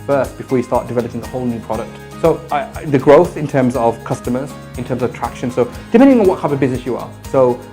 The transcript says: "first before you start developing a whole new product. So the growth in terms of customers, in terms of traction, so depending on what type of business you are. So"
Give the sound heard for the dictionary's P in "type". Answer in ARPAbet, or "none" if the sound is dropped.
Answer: none